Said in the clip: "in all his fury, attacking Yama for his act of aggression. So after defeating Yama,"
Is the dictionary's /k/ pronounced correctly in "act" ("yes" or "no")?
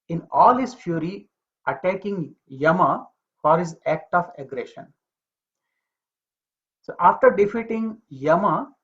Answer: yes